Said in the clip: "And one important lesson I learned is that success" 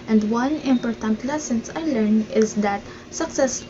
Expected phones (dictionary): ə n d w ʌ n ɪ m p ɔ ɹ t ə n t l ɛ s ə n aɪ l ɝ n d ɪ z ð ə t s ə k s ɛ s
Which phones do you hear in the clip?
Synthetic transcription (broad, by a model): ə n d w ʌ n ɪ m p ɔ ɹ t ə n t l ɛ s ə n aɪ l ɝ n ɪ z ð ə t s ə k s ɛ s